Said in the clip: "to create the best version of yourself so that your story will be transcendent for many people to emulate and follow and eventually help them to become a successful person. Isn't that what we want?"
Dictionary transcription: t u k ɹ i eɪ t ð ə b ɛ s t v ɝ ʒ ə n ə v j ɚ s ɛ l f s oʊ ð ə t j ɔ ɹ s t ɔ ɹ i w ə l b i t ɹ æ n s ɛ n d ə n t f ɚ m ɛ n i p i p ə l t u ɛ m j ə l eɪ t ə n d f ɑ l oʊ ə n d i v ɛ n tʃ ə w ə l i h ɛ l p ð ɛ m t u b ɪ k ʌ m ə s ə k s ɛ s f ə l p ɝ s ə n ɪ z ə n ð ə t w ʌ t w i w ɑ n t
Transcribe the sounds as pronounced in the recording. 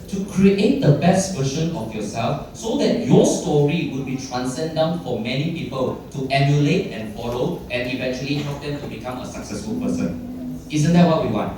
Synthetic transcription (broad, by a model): t u k ɹ i eɪ t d ə b ɛ s t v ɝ ʃ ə n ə f j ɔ s ɛ l f s oʊ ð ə t j ɔ s t ɔ ɹ i w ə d b i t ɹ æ n s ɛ n d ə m f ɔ m ɛ n i p i p ə l t u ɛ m j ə l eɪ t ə n f ɑ l oʊ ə n i v ɛ n tʃ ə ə l i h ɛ p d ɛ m t u b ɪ k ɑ m ə s ə k s ɛ s f ə l p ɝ s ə n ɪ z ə n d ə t w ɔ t w i w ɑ n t